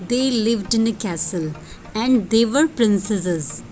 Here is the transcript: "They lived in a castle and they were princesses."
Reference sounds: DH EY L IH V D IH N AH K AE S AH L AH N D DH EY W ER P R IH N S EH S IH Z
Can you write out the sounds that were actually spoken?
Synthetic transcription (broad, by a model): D EY L IH V D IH N AH K AE S AH L AH N D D EY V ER P R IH N S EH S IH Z